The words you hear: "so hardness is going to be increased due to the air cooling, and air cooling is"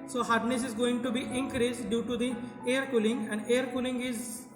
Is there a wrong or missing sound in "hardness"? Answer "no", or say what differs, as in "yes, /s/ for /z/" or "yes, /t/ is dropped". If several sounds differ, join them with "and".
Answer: no